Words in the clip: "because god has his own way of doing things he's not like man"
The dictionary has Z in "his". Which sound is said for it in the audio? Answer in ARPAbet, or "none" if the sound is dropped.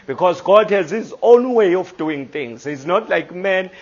Z